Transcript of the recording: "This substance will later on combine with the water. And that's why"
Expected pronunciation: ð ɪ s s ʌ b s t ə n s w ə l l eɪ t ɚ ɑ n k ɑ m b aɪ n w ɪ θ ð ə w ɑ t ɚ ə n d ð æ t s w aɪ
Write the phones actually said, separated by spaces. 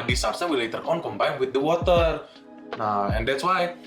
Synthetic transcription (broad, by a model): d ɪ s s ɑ s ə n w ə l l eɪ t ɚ ɑ n k ɑ m b aɪ n w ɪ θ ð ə w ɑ t ɚ ə n d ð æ t s w aɪ